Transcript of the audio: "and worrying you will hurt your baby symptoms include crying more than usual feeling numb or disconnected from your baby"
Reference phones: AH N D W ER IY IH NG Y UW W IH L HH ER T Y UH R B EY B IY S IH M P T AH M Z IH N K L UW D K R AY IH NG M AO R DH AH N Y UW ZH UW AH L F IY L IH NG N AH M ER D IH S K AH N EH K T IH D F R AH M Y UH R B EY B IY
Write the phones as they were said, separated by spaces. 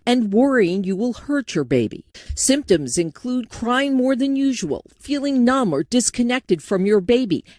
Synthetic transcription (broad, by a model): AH N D W ER IY IH NG Y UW W IH L HH ER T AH R B EY B IY S IH M P T AH M Z IH N K L UW D K R AY IH NG M AO R DH AH N Y UW ZH UW AH L F IY L IH NG N AH M ER D IH S K AH N EH K T IH D F R AH M Y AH R B EY B IY